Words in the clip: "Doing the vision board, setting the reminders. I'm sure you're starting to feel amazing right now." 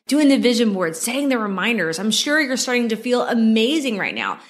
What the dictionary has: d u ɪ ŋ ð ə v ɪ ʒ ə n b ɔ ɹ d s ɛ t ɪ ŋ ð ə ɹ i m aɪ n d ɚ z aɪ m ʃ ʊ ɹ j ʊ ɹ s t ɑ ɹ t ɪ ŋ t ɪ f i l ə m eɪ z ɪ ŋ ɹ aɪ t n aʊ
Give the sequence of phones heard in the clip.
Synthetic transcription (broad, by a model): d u ɪ ŋ ð ə v ɪ ʒ ə n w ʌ ɹ d s ɛ t ɪ ŋ ð ə ɹ i m aɪ n d ɚ z aɪ m ʃ ʊ ɹ j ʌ ɹ s t ɑ ɹ t ɪ ŋ t ɪ f i l ə m eɪ z ɪ ŋ ɹ aɪ t n aʊ